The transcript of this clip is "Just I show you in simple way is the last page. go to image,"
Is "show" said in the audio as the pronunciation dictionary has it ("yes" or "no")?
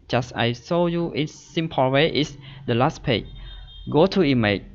no